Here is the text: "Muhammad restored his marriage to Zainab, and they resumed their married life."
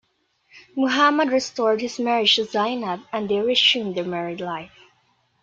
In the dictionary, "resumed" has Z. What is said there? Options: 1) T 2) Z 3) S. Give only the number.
3